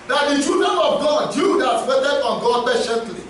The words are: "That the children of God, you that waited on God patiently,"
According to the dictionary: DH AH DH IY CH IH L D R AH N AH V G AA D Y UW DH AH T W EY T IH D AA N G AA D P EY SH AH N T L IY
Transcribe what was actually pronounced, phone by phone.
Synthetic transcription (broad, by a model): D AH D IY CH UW D AH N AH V G AA D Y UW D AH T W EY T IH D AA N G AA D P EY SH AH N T L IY